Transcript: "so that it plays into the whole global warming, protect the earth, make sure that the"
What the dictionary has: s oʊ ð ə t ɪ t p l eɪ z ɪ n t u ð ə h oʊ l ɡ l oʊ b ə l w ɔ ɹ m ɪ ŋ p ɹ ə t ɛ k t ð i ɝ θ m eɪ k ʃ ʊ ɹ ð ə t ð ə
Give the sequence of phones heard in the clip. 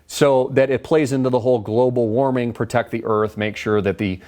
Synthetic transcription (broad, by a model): s oʊ ð ə t ɪ t p l eɪ z ɪ n t u ð ə h oʊ l ɡ l oʊ b l w ɔ ɹ m ɪ ŋ p ɹ ə t ɛ k t ð i ɝ θ m eɪ k ʃ ʊ ɹ ð ə t ð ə